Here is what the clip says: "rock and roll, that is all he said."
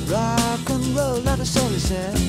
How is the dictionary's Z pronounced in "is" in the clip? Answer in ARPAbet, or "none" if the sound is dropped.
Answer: S